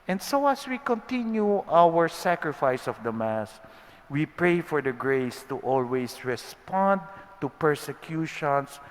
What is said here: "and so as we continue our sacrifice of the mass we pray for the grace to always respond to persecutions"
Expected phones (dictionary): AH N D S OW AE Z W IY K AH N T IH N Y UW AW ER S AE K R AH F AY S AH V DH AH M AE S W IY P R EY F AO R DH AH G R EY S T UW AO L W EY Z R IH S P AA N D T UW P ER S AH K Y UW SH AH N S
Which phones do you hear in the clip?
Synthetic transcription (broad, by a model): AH N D S OW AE S W IY K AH N T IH N Y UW AW ER S AE K R AH F AY S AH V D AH M AE S W IY P R EY F AO R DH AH G R EY S T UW AO L W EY S R IH S P AA N D T UW P ER S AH K Y UW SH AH N S